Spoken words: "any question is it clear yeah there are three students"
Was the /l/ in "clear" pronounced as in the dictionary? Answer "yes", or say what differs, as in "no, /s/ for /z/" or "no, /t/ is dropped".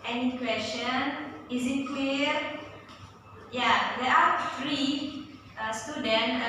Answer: no, /w/ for /l/